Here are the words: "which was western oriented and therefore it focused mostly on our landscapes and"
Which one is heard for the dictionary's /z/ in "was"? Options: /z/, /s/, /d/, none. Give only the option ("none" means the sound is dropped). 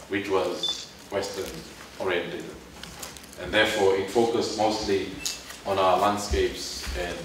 /z/